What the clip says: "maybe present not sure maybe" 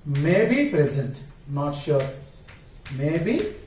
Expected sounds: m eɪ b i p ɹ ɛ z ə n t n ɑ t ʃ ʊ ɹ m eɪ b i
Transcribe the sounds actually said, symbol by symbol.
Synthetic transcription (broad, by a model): m eɪ b i p ɹ ɛ z ə n t n ɑ t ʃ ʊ ɹ m eɪ b i